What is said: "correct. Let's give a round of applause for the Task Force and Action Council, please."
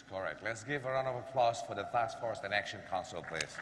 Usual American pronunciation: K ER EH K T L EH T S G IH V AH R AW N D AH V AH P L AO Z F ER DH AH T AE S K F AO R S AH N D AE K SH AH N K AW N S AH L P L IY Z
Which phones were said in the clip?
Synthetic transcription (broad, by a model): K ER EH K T L EH T S G IH V AH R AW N AH V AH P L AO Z F ER DH AH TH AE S F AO R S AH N AE K SH AH N K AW N S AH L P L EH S